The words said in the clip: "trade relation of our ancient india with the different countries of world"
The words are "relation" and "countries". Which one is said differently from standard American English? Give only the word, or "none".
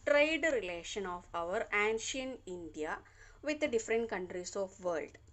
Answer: countries